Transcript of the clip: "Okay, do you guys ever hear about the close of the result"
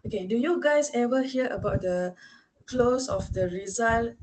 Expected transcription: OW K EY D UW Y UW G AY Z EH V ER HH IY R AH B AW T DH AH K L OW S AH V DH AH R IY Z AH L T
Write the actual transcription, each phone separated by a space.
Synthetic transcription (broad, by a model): OW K EY D UW Y UW G AY S EH V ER HH IY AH AH B AW T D AH K L OW S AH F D AH R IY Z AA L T